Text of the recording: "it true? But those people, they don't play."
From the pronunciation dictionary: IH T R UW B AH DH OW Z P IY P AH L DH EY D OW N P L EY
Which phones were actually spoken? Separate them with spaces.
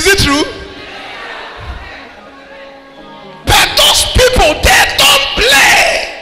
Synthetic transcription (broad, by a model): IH T R UW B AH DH OW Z P IY P AH L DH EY D OW N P L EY